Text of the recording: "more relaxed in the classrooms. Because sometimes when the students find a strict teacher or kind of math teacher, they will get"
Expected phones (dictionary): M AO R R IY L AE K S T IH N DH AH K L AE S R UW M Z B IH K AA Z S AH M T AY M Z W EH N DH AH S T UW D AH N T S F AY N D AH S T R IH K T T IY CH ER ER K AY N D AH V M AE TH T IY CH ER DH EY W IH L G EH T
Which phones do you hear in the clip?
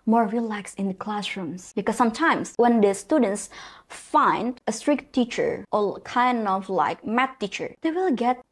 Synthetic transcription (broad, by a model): M AO R R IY L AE K S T IH N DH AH K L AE S R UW M S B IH K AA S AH M T AY M S W EH N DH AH S T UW D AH N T S F AY N D AH S T R IH K T T IY CH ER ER K AY N D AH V M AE T IY CH ER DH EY W IH L G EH T